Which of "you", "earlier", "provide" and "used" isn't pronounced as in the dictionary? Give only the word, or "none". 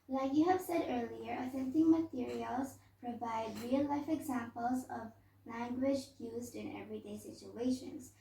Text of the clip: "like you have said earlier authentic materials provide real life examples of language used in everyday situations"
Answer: none